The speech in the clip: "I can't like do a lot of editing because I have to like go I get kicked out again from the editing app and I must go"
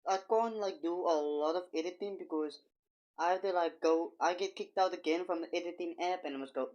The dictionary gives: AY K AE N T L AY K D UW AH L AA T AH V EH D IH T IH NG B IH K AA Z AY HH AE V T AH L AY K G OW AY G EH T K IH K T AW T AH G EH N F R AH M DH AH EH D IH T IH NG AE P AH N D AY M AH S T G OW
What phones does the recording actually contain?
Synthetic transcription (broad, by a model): AY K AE N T L AY K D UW AH L AA T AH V EH D IH T IH NG B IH K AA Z AY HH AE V T AH L AY K G OW AY G EH T K IH K T AW T AH G EH N F R AH M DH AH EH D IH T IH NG AE P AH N AY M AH S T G OW